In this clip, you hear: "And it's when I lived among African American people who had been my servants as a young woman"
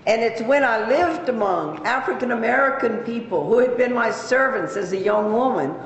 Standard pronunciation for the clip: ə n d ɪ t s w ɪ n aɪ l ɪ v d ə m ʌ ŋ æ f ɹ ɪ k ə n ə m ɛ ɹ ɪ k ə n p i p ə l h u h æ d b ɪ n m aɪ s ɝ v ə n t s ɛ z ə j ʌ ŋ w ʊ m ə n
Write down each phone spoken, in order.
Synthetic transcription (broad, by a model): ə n ɪ t s w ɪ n aɪ l ɪ v d ə m ʌ ŋ æ f ɹ ɪ k ə n ə m ɛ ɹ ɪ k ə n p i p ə l h u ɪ d b ɪ n m aɪ s ɝ v ə n t s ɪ z ə j ʌ ŋ w ʊ m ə n